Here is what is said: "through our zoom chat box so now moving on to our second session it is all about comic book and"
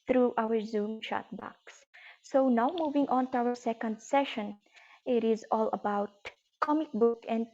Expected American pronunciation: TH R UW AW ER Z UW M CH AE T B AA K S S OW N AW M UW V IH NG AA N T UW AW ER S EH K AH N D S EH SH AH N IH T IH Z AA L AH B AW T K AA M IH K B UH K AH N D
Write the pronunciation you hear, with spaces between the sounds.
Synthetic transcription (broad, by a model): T R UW AW ER Z UW M SH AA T B AA K S S OW N AW M UW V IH NG AA N T UW AW ER S EH K AH N D S EH SH AH N IH T IH Z AA L AH B AW T K AA M IH K B UH K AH N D